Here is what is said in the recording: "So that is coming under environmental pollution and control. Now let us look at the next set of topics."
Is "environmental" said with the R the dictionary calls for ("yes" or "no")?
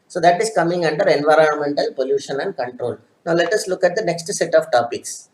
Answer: yes